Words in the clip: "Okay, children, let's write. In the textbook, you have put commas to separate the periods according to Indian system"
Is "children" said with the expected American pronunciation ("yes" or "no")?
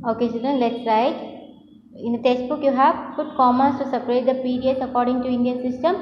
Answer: no